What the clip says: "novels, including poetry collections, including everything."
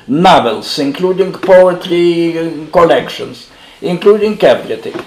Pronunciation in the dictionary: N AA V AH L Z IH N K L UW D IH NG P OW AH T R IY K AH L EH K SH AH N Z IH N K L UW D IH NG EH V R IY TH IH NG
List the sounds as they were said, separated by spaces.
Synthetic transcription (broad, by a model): N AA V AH L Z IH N K L UW D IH NG P OW AH T R IY K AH L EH K SH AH N S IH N K L UW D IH NG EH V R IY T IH